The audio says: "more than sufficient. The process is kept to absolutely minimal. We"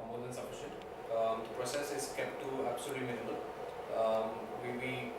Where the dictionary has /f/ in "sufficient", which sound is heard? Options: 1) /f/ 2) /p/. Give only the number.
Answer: 2